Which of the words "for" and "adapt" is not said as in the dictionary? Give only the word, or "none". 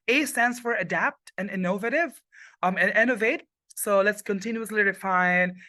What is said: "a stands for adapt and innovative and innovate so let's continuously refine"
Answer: none